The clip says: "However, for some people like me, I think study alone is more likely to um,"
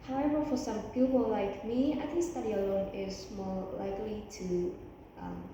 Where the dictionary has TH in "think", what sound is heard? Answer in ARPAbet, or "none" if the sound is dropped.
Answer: T